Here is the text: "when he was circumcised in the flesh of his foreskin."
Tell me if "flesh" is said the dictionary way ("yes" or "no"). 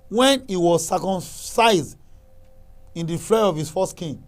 no